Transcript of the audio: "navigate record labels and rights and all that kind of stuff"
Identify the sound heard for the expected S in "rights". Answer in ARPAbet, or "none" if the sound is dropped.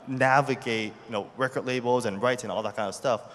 none